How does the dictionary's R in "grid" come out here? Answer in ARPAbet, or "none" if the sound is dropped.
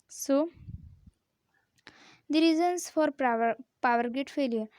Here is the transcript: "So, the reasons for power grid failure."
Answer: none